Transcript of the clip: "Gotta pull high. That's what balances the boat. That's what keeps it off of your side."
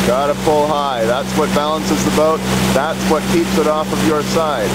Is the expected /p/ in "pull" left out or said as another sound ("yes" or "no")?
yes